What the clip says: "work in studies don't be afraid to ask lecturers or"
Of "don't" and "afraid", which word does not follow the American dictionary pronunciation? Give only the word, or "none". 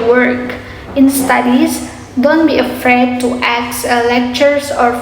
none